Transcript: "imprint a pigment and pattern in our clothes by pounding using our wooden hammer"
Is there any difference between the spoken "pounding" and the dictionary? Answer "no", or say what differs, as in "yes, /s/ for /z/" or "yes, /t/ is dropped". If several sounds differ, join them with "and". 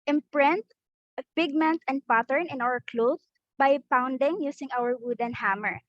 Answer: no